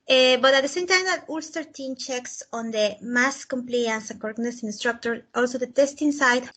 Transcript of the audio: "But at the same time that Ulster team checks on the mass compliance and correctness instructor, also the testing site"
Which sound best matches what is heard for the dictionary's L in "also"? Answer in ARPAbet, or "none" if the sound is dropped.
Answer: L